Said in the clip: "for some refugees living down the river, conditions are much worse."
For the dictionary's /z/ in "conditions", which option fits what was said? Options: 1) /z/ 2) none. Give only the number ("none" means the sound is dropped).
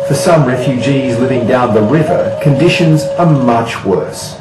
1